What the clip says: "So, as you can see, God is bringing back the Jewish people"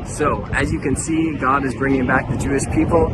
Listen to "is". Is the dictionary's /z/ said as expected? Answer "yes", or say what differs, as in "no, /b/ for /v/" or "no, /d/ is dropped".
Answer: yes